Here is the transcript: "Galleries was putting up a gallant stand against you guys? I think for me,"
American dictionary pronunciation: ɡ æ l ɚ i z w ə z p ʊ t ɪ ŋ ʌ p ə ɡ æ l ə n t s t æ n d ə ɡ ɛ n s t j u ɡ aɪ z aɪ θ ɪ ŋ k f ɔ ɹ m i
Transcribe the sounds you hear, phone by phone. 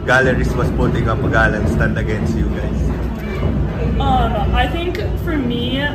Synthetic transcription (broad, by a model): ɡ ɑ l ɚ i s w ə s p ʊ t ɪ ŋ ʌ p ə ɡ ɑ l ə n s t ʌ n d ə ɡ ɛ n s t j u ɡ aɪ s aɪ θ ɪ ŋ k f ɔ ɹ m i